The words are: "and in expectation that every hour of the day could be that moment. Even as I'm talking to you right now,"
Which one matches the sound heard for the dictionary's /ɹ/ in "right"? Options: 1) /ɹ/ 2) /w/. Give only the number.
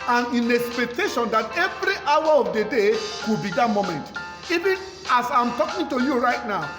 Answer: 1